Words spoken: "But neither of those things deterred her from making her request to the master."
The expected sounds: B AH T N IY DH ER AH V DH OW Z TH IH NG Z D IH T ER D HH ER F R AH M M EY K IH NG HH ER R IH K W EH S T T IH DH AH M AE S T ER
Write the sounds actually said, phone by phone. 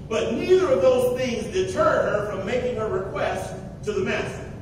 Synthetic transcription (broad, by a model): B AH T N IY DH ER AH V DH OW Z TH IH NG Z D IH T ER D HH ER F R AH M M EY K IH NG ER R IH K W EH S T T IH DH AH M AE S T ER